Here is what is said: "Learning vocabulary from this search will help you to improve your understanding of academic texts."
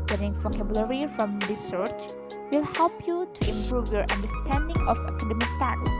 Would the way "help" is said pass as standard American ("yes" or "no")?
yes